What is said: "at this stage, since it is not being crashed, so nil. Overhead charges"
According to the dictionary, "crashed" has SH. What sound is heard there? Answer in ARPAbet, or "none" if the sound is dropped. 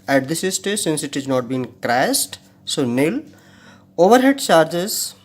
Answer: S